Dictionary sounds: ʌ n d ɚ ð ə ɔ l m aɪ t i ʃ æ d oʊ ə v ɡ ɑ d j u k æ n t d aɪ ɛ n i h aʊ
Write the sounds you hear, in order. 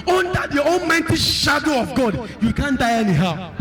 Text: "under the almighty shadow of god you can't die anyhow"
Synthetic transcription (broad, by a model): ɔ n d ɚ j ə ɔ n m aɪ t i ʃ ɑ d oʊ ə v ɡ ɑ d j u k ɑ n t d aɪ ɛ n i h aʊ